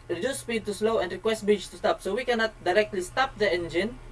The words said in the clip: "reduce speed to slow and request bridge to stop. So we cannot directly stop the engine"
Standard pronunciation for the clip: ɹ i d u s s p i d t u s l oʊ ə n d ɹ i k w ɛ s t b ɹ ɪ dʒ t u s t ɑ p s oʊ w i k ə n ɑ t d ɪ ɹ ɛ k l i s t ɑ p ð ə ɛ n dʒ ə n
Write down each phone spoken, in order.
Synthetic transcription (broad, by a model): ɹ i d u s s p i d t u s l oʊ ə n d ɹ i k w ɛ s t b ɪ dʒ t u s t ɑ p s oʊ w i k ə n ɑ t d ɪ ɹ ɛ k l i s t ɑ p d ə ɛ n dʒ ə n